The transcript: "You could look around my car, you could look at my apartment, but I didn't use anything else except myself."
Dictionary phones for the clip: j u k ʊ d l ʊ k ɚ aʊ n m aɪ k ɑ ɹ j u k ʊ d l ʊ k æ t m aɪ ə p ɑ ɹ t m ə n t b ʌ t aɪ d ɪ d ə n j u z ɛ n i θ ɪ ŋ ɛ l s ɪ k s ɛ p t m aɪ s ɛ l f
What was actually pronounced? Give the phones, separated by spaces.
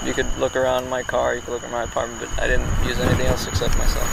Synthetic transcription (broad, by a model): j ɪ k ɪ d l ʊ k ɚ aʊ n m aɪ k ɑ ɹ j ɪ k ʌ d l ʊ k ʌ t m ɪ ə p ɑ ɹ t m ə n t b ʌ t aɪ d ɪ d n j u z ɛ n i θ ɪ ŋ ɛ l s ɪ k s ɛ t m aɪ s ɛ l f